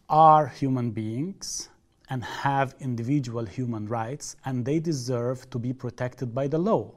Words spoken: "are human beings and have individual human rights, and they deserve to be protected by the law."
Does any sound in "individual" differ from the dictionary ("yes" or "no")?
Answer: no